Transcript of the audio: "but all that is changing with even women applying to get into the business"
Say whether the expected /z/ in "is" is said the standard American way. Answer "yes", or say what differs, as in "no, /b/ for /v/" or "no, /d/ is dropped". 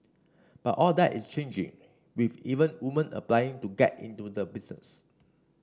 no, /s/ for /z/